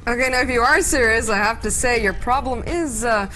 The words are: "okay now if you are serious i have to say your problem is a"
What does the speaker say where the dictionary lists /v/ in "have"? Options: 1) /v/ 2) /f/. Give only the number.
2